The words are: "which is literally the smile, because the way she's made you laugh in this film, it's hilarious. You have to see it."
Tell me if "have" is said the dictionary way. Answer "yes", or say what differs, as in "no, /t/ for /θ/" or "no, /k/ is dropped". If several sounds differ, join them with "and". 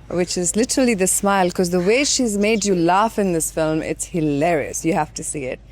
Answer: no, /f/ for /v/